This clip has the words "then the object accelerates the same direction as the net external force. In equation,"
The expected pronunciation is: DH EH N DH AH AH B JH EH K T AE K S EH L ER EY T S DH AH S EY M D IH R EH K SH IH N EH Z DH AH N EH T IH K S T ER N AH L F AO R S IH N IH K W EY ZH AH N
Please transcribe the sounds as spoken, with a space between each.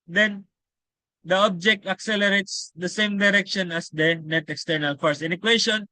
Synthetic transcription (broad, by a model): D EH N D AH AH B JH EH K T AE K S EH L ER EY T S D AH S EY M D IH R EH K SH IH N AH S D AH N EH T IH K S T ER N AH L F AO R S IH N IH K W EY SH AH N